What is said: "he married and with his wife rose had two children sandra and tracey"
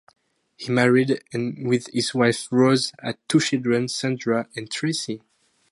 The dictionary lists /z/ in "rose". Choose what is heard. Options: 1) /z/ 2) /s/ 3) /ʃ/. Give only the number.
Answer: 1